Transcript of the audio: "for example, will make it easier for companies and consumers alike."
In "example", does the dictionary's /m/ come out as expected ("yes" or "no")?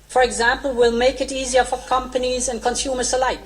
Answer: yes